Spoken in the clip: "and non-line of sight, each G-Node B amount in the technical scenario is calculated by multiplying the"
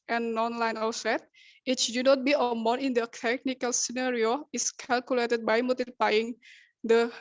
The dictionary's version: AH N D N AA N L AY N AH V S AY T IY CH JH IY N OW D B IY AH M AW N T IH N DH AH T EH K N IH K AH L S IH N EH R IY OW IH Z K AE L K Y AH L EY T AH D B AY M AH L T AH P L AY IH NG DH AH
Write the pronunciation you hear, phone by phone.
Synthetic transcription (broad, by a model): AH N N AA N L AY N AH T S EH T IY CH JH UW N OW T B IY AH M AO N IH N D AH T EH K N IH K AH L S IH N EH R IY OW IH S K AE L K Y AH L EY T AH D B AY M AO T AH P AY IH NG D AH